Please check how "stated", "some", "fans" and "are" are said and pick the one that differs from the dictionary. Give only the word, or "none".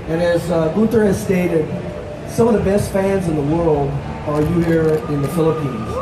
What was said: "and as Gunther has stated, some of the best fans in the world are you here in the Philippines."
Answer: none